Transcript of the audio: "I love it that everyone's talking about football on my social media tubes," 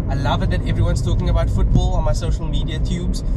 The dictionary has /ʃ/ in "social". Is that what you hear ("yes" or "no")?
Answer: yes